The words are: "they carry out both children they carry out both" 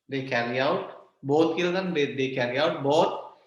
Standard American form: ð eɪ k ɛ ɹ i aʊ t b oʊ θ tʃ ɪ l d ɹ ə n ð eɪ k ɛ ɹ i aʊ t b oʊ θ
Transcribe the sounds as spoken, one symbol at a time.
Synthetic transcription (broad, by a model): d eɪ k ɛ ɹ i aʊ t b oʊ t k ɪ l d ə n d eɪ k ɛ ɹ i aʊ t b oʊ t